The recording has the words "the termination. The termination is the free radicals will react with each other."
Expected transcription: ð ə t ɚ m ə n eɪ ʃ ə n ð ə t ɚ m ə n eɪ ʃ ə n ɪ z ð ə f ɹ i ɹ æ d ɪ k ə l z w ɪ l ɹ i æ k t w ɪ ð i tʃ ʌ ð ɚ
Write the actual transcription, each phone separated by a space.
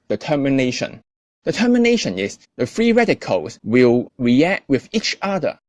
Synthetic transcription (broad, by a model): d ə t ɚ m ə n eɪ ʃ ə n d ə t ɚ m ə n eɪ ʃ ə n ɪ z ð ə f ɹ i ɹ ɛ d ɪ k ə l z w ɪ l ɹ i æ k t w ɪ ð i tʃ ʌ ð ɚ